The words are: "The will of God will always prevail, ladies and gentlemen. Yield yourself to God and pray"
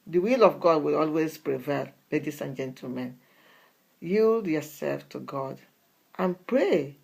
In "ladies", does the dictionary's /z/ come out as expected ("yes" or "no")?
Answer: no